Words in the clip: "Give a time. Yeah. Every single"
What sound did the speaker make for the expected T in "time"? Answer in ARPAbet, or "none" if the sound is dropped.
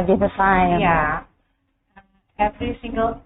S